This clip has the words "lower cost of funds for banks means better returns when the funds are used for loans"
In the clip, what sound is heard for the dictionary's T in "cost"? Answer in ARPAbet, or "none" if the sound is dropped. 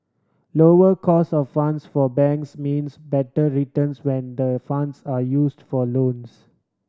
none